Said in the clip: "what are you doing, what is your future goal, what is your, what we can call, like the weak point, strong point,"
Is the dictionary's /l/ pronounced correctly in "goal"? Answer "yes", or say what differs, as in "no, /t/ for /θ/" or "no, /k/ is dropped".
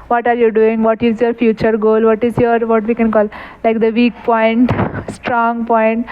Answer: yes